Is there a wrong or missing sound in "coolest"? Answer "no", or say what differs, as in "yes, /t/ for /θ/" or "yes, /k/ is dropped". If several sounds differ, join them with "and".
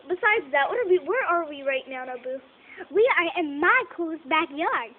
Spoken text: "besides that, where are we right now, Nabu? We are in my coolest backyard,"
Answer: yes, /l/ is dropped